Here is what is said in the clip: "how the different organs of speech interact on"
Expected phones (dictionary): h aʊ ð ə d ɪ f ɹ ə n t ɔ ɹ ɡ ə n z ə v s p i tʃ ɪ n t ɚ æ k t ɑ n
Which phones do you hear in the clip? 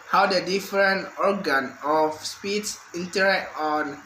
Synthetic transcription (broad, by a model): h aʊ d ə d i f ɹ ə n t ɔ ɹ ɡ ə n ə f s p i s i n t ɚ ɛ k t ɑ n